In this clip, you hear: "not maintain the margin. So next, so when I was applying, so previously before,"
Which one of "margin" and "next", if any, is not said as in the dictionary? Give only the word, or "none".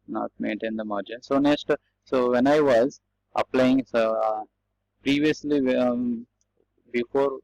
none